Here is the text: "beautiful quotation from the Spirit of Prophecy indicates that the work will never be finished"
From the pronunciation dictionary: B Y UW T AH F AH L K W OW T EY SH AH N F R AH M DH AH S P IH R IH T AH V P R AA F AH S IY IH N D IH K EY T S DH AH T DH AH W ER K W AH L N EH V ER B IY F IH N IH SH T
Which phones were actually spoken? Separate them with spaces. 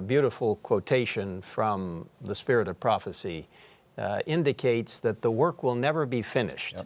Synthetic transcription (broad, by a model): B Y UW T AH F L K W OW T EY SH AH N F R AH M DH AH S P IH R IH T AH V P R AA F AH S IY IH N D IH K EY T S DH AH T DH AH W ER K W AH L N EH V ER B IY F IH N IH SH T